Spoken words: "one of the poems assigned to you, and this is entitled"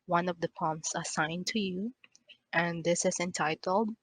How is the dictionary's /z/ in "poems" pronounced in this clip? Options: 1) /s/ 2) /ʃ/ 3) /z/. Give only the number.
1